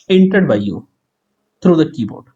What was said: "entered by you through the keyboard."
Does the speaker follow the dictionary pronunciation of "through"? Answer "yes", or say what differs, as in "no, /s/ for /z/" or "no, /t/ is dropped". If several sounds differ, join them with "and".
no, /t/ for /θ/